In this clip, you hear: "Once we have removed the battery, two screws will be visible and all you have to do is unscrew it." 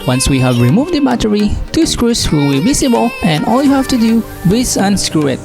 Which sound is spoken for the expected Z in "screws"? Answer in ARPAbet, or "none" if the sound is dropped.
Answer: S